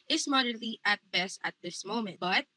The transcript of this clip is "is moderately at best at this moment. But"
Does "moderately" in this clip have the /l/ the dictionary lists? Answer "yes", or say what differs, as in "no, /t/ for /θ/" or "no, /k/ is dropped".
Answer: no, /l/ is dropped